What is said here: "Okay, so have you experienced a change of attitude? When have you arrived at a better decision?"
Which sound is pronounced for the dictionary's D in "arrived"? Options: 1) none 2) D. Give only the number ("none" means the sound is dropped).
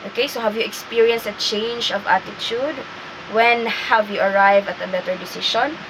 1